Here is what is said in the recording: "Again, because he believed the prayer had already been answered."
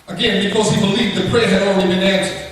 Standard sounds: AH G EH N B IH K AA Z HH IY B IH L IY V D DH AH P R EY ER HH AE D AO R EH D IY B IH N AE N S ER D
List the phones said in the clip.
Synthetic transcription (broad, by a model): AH G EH N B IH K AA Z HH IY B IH L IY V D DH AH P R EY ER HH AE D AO UH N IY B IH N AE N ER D